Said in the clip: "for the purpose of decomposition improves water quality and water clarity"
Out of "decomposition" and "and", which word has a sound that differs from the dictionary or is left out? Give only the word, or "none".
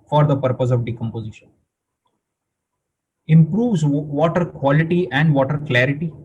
none